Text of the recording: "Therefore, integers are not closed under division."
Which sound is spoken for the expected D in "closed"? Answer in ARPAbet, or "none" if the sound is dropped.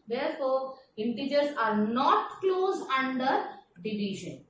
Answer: none